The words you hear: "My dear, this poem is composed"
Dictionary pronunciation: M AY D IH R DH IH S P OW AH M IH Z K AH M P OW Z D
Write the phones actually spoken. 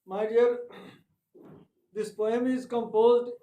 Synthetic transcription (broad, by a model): M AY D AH R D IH S P OW AH M IH Z K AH M P OW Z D